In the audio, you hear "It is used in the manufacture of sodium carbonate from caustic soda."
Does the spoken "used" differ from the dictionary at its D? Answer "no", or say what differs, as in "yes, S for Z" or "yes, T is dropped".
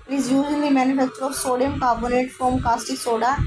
yes, D is dropped